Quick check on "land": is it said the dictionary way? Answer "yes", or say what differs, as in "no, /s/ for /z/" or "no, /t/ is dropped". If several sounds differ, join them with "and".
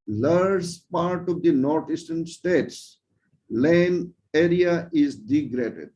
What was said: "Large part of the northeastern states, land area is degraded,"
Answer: no, /d/ is dropped